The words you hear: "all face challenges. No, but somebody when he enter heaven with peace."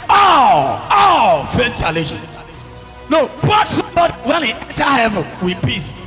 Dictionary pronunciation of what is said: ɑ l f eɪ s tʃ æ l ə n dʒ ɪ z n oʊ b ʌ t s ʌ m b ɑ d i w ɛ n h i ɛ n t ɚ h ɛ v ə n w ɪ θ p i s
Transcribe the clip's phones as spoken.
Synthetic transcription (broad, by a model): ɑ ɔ f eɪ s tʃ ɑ l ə dʒ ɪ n n oʊ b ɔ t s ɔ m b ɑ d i w ɛ n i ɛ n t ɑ h ɛ v ə n w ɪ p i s